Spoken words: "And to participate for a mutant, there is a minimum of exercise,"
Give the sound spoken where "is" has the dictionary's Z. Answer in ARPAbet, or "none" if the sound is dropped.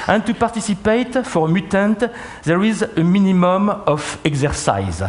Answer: Z